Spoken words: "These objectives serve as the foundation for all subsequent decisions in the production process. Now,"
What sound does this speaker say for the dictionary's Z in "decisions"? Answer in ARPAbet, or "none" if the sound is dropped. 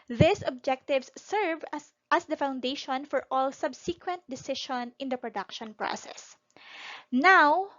none